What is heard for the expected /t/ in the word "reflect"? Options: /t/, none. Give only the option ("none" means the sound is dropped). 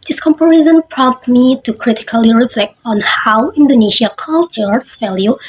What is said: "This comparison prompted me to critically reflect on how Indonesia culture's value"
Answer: /t/